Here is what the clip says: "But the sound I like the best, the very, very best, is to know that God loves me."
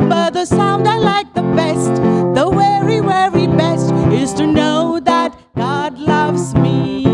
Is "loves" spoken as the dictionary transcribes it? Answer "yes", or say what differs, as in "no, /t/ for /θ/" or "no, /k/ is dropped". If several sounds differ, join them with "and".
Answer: yes